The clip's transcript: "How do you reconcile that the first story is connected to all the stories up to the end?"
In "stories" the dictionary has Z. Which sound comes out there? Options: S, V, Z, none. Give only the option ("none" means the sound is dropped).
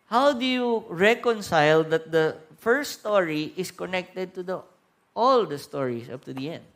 S